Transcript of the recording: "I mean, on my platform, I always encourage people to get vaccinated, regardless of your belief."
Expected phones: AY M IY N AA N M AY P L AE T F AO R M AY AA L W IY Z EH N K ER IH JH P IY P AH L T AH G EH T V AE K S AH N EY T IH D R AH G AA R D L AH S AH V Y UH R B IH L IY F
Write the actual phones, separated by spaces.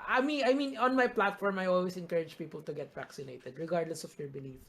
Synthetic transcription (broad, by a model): AY M IY N AA N M AY P L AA T F AO R M AY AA L W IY S EH N K ER IH JH P IY P AH L T AH G EH T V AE K S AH N EY T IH D R AH G AA R D L AH S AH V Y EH R B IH L IY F